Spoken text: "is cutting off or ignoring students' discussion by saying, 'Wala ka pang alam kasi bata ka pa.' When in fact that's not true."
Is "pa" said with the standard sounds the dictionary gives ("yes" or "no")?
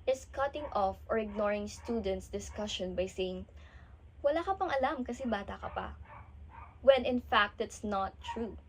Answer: yes